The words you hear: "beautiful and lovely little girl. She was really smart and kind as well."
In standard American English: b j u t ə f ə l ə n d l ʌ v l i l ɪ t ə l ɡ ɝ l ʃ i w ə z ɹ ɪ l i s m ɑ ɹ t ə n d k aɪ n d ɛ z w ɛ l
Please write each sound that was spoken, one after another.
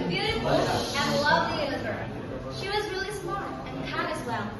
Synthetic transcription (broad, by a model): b j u t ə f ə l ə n l ʌ v l i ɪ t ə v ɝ ʃ i w ə z ɹ ɪ l i s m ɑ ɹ ə n k aɪ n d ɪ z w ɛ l